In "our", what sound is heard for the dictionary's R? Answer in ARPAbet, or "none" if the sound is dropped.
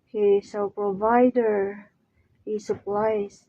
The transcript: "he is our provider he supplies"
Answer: L